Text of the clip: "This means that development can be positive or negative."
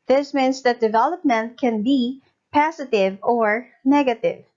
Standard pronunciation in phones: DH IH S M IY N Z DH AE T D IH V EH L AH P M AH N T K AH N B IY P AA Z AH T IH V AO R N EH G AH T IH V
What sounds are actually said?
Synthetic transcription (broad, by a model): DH IH S M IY N S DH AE T D IH V EH L AH P M AH N T K AH N B IY P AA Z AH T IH V AO R N EH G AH T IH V